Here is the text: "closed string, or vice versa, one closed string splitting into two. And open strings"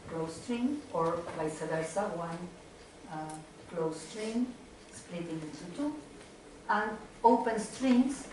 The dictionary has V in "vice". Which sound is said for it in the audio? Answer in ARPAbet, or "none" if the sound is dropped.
B